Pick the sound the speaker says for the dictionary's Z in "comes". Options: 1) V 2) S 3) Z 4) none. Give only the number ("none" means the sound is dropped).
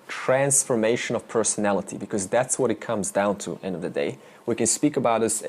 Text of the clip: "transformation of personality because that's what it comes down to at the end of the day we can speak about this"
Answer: 3